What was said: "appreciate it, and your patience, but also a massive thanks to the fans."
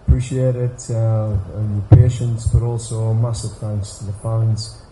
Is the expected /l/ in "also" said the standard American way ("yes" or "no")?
yes